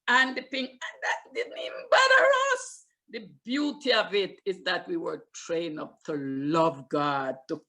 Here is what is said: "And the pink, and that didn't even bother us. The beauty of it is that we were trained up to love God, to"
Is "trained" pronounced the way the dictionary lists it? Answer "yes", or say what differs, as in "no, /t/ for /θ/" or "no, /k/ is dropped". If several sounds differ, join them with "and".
no, /d/ is dropped